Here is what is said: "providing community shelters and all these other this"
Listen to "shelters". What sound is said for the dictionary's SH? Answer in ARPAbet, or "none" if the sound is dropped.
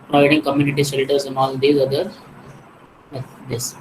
S